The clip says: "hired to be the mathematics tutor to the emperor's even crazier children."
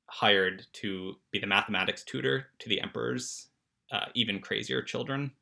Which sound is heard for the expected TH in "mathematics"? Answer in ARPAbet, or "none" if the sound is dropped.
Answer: TH